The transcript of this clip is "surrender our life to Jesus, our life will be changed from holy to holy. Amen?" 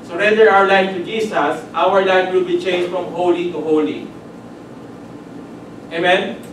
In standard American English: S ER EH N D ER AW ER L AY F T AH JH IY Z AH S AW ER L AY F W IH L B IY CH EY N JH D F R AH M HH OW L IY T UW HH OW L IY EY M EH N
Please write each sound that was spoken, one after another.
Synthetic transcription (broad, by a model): S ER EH N D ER AW ER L AY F T AH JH IY S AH S AW ER L AY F W IH L B IY CH EY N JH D F R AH M HH OW L IY T UW HH OW L IY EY M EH N